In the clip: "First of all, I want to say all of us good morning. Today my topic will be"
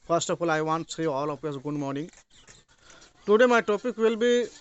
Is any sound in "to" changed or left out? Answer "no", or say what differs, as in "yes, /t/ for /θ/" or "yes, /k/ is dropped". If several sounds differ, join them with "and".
yes, /s/ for /t/